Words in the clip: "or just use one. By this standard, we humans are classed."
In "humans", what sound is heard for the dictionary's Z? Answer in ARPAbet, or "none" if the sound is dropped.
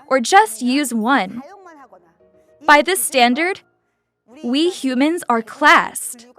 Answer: Z